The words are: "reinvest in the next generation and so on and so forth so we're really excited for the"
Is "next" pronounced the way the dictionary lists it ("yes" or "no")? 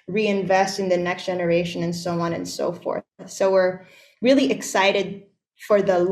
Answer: yes